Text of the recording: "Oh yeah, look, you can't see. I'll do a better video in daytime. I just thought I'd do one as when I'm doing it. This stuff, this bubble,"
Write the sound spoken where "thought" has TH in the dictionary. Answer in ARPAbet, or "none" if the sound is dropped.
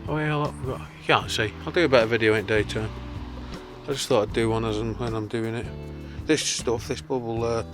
TH